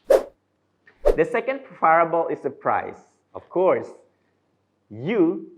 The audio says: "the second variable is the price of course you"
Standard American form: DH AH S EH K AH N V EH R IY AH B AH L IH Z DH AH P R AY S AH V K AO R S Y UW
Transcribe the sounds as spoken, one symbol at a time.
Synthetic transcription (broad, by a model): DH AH S EH K AH N F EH R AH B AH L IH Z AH P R AY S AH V K AO R S Y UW